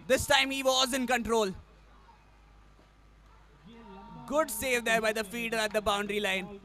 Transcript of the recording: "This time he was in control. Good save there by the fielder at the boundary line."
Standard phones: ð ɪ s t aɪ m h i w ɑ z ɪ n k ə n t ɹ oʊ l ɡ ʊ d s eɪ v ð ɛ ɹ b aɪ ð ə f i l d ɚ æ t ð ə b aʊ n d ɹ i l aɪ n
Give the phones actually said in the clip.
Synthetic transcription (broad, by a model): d ɪ s t aɪ m h i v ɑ z ɪ n k ə n t ɹ oʊ l ɡ ʊ d s eɪ v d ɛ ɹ b aɪ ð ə f i d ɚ æ t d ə b aʊ n d ɹ i l aɪ n